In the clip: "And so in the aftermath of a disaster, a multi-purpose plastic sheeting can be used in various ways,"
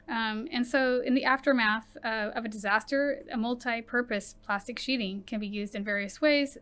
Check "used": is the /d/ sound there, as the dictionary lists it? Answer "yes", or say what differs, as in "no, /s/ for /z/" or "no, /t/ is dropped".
yes